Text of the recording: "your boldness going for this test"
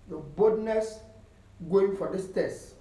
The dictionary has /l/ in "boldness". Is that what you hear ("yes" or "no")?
no